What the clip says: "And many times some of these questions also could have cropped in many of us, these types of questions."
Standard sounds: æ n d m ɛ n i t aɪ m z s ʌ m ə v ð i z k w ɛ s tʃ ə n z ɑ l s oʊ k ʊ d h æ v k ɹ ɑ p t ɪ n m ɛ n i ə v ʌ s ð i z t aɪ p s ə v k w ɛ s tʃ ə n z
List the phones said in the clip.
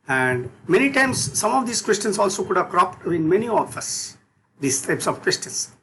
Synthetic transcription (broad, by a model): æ n d m ɛ n i t aɪ m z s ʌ m ə v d i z k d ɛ s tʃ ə n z ɑ l s oʊ k ʊ d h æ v k ɹ ɑ p t ɪ n m ɛ n i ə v ʌ s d i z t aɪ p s ə v k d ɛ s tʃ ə n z